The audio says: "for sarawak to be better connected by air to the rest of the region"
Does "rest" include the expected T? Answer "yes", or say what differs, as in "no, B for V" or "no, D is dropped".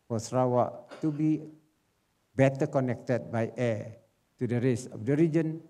no, T is dropped